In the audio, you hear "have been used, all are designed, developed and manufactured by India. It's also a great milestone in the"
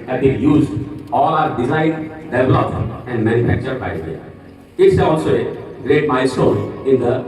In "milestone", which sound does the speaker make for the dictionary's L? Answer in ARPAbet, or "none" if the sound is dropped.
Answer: none